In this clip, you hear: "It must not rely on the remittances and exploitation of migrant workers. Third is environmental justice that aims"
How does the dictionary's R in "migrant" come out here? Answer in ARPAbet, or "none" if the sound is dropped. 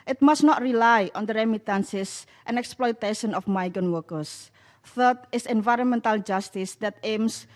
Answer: none